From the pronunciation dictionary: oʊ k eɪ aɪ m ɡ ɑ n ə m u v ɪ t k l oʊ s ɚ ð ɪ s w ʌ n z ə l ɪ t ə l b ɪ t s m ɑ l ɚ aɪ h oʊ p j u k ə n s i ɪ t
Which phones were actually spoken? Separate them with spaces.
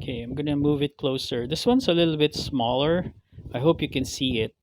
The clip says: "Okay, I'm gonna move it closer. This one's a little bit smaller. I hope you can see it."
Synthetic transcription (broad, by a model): k eɪ aɪ m ɡ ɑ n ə m u v ɪ t k l oʊ s ɚ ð ɪ s w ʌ n s ə l ɪ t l b ɪ t s m ɑ l ɚ aɪ h oʊ p j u k ə n s i ɪ t